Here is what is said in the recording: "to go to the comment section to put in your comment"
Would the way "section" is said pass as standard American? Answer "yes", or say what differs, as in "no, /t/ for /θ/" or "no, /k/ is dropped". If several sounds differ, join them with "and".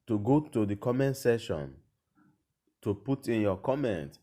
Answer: no, /k/ is dropped